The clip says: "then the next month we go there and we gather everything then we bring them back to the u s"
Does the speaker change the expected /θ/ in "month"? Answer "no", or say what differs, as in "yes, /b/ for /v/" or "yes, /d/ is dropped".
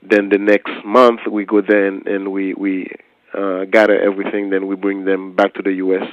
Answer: no